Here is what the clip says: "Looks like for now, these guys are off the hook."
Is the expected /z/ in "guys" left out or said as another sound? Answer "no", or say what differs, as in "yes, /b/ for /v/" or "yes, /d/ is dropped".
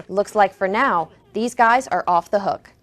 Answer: no